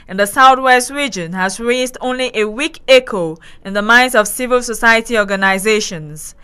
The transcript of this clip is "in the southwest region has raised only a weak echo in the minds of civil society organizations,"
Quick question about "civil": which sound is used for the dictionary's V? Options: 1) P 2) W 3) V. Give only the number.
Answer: 3